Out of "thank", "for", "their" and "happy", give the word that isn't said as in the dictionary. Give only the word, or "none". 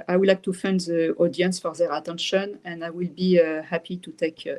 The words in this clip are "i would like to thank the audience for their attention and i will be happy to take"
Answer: thank